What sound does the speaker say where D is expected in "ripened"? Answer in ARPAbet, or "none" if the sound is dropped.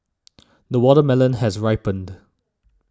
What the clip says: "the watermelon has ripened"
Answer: D